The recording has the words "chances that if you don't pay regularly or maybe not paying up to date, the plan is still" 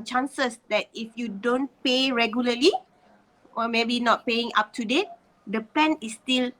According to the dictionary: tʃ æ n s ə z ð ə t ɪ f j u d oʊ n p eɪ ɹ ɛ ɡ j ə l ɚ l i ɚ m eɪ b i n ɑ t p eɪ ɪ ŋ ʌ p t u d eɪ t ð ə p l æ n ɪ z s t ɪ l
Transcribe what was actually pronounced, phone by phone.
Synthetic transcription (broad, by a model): tʃ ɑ n s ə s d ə t ɪ f j u d oʊ n p eɪ ɹ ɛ ɡ j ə l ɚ l i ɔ m eɪ b i n ɑ t p eɪ ɪ ŋ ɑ p t u d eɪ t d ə p ɛ n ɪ s t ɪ l